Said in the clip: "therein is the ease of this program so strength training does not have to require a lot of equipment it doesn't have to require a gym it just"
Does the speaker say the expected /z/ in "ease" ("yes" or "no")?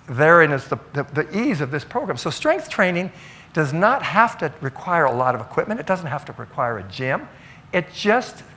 yes